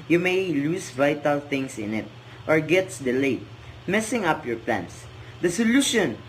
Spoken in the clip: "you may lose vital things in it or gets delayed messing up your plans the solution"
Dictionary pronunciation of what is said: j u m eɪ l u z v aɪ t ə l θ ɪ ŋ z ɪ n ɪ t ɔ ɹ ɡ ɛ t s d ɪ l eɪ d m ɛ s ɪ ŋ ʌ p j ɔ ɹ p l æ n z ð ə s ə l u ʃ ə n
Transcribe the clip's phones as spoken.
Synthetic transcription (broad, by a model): j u m eɪ l u s v aɪ t ə l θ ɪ ŋ s ɪ n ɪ t ɔ ɹ ɡ ɛ t s d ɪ l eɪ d m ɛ s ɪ ŋ ʌ p j ɔ ɹ p l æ n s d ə s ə l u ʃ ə n